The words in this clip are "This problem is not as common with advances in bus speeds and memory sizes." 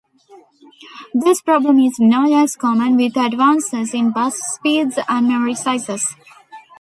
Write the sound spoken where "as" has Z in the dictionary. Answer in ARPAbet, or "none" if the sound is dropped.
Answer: S